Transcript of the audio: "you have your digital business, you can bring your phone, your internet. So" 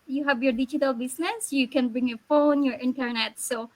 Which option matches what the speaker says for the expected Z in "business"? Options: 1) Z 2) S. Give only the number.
2